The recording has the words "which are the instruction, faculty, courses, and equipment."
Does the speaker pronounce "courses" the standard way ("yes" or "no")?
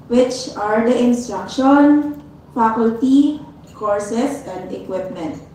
no